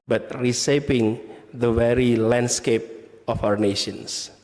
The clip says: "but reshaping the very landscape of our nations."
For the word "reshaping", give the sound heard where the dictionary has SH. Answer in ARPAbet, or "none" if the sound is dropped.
S